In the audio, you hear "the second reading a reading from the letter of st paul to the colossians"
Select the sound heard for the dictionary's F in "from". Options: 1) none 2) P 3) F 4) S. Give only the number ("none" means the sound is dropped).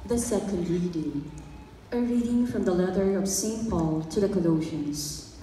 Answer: 3